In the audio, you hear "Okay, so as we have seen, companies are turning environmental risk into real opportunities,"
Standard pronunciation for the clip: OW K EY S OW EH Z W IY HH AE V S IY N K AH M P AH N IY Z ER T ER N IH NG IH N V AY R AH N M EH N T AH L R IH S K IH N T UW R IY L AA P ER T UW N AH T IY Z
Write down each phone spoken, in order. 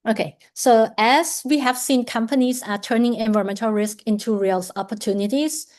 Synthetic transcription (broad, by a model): OW K EY S OW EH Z W IY HH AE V S IY N K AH M P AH N IY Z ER T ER N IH NG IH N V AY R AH M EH N T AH L R IH S K IH N T UW R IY L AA P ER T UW N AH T IY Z